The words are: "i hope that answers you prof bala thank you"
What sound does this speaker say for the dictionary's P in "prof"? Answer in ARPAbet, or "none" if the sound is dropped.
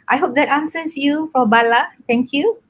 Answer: F